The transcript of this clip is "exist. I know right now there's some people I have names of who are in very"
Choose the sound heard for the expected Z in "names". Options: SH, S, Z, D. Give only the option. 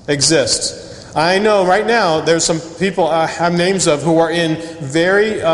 Z